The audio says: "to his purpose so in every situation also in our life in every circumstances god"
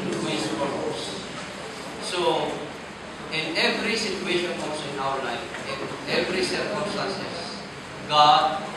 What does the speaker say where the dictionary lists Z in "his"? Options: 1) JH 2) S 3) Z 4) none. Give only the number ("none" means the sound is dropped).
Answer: 2